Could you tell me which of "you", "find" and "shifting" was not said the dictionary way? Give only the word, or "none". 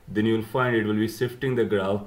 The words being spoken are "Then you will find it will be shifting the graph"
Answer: shifting